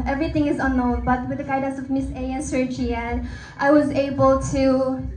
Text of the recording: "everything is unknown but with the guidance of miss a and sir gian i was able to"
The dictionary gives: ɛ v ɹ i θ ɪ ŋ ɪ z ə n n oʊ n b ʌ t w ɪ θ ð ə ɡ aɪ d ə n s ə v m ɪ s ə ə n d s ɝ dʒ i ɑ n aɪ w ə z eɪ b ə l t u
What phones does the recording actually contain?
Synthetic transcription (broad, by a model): ɛ v ɹ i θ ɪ ŋ ɪ z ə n n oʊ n b ʌ t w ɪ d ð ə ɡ aɪ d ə s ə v m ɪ s ə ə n s ɝ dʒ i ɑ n aɪ w ə z eɪ b ə l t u